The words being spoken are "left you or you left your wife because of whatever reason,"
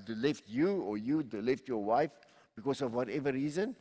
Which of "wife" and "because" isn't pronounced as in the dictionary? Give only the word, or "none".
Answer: because